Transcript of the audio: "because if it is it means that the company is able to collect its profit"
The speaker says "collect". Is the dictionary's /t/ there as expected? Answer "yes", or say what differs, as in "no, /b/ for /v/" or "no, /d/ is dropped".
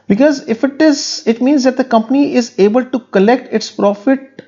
yes